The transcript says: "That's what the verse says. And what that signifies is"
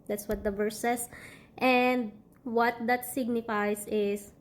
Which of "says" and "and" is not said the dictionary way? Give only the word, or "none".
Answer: says